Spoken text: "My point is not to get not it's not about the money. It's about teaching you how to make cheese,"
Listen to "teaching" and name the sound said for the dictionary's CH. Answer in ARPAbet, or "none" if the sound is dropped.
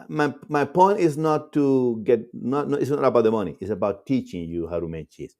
CH